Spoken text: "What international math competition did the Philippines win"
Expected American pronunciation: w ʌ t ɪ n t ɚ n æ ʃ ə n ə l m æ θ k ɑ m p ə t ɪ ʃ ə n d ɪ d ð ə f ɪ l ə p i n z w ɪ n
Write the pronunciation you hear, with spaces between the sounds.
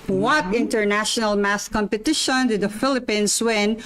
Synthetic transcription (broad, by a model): w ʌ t ɪ n t ɚ n æ ʃ ə n ə l m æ s k ɑ m p ə t ɪ ʃ ə n d ɪ d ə f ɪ l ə p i n s w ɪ n